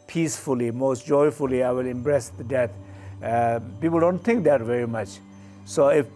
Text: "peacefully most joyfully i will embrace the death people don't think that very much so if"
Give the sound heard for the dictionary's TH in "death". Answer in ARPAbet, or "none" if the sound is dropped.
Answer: T